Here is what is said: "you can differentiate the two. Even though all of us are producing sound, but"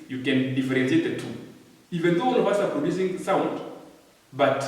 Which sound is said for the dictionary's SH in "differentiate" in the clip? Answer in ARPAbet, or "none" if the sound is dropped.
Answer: S